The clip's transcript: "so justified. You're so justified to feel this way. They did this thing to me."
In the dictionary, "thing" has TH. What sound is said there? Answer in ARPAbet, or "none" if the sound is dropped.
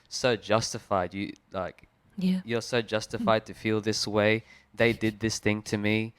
TH